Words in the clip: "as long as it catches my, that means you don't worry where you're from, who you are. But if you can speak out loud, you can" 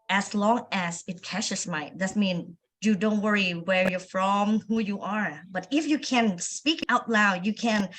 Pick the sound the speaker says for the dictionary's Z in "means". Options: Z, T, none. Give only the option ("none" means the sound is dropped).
none